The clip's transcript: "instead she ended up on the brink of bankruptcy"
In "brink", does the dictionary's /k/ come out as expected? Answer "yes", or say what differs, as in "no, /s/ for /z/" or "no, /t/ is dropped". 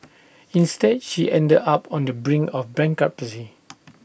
no, /k/ is dropped